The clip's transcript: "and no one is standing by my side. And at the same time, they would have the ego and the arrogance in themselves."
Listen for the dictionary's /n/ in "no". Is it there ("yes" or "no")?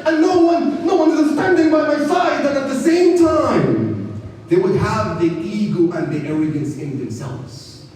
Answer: yes